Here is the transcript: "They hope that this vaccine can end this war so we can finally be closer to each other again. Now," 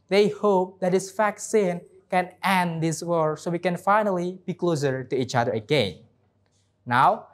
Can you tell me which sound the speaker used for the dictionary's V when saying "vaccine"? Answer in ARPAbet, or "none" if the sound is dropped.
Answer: F